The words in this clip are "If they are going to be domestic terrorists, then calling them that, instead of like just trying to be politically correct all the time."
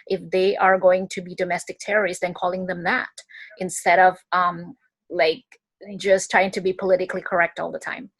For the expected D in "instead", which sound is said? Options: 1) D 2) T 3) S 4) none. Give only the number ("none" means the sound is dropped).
1